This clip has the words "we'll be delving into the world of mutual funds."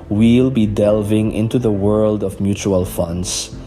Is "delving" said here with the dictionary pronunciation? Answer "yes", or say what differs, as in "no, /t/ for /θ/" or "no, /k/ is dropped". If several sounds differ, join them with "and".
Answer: yes